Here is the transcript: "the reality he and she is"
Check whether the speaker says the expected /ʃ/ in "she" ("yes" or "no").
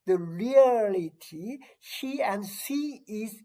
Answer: no